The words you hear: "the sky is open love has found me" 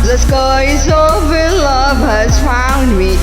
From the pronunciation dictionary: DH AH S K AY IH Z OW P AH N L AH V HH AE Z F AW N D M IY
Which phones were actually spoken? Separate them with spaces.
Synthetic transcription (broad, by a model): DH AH S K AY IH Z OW F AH L AH V HH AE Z F AW N D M IY